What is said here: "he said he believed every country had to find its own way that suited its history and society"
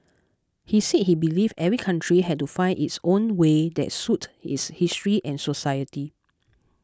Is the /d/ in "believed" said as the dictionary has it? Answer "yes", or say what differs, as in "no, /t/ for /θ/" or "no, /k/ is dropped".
no, /d/ is dropped